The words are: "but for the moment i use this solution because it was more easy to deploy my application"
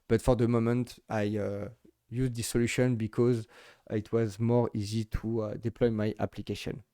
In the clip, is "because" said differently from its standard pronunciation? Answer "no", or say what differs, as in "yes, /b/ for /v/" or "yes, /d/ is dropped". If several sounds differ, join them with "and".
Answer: no